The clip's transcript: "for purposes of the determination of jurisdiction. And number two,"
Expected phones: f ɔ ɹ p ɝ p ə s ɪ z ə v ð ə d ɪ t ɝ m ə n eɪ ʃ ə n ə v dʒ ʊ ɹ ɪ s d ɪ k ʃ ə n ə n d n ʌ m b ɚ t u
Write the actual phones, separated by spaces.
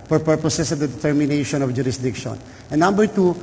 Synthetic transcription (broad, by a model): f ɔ ɹ p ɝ p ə s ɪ s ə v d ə d ɪ t ɝ m ə n eɪ ʃ ə n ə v dʒ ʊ ɹ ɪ s d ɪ k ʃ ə n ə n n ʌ m b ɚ t u